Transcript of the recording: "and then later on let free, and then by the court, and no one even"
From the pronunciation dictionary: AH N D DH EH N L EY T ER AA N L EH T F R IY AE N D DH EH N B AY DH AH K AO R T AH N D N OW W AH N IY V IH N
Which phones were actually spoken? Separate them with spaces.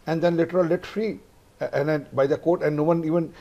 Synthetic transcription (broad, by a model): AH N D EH N L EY T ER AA L L EH T F R IY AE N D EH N B AY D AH K AO R T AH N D N OW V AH N IY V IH N